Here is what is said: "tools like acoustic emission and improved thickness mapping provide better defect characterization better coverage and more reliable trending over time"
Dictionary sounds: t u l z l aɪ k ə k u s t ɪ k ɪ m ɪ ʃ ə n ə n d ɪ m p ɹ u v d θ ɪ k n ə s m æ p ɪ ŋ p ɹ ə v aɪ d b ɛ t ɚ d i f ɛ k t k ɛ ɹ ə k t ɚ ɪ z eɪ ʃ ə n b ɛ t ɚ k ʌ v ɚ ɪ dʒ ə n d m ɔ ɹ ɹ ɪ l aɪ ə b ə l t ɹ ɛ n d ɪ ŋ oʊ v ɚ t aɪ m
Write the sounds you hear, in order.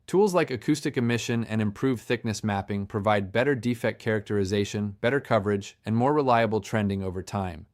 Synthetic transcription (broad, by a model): t u l z l aɪ k ə k u s t ɪ k ɪ m ɪ ʃ ə n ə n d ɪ m p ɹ u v θ ɪ k n ə s m æ p ɪ ŋ p ɹ ə v aɪ d b ɛ t ɚ d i f ɛ k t k ɛ ɹ ə k t ɚ ɪ z eɪ ʃ ə n b ɛ t ɚ k ʌ v ɚ ɪ dʒ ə n m ɔ ɹ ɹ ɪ l aɪ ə b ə l t ɹ ɛ n d ɪ ŋ oʊ v ɚ t aɪ m